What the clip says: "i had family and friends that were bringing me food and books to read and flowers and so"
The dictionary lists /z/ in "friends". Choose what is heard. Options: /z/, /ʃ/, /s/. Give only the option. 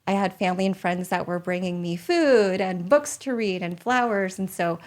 /z/